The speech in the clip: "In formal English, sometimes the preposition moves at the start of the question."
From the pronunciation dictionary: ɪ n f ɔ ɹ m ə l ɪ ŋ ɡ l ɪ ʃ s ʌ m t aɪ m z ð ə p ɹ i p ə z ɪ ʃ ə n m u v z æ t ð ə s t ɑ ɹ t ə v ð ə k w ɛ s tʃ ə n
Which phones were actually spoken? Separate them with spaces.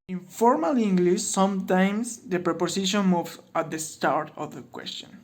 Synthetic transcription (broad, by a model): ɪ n f ɔ ɹ m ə l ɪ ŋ ɡ l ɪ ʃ s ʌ m t aɪ m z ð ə p ɹ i p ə s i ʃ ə n m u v ɑ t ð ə s t ɑ ɹ t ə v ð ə k w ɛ s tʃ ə n